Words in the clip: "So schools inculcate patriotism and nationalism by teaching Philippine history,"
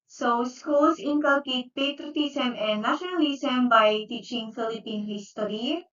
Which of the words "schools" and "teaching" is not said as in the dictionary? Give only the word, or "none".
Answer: schools